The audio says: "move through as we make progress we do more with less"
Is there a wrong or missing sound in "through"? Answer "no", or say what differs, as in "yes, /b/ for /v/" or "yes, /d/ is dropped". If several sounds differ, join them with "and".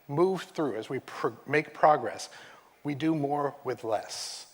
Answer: no